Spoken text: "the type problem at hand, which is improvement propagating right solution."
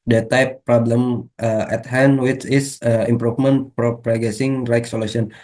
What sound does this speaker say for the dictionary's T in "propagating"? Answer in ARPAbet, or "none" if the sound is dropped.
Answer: S